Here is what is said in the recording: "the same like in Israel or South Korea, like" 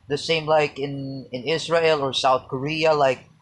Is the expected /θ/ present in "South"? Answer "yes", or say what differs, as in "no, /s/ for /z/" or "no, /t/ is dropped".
yes